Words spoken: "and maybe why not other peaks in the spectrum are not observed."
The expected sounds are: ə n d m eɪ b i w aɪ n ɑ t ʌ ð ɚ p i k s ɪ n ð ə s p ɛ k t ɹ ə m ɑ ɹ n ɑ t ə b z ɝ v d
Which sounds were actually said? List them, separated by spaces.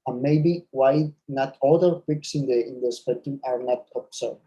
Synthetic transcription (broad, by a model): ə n m eɪ b i w aɪ n ɑ t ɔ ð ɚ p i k s ɪ n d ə s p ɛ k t ə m ɑ ɹ n ɑ t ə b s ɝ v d